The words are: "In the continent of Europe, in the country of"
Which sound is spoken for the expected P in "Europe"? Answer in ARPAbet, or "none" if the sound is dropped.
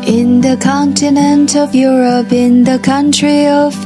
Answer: P